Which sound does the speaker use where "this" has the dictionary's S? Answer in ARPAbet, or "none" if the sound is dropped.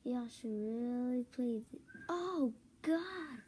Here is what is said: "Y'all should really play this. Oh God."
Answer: none